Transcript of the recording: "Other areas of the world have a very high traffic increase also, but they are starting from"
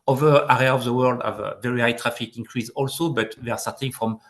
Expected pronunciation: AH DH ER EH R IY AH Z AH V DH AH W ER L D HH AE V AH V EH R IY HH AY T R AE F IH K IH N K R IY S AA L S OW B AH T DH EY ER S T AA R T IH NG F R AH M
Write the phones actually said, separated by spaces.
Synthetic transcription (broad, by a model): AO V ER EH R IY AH AH V DH AH W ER L D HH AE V AH V EH R IY HH AY T R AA F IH K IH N K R IY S AA L S OW B AH T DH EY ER S T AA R T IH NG F R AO M